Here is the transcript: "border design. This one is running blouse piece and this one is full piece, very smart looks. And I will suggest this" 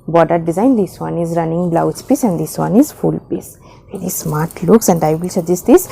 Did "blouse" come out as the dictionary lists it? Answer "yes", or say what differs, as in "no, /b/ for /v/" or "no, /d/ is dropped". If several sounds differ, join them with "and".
yes